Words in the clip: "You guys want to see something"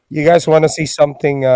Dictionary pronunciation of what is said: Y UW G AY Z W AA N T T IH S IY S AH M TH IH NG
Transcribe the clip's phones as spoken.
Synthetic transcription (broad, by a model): Y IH G AY Z W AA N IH S IY S AH M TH IH NG